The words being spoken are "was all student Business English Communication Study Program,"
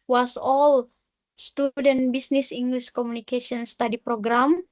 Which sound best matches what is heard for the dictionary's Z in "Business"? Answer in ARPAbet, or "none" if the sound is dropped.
S